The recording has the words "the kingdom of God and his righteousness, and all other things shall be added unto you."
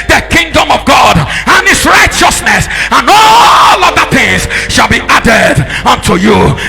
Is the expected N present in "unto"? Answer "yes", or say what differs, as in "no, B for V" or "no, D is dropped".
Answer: yes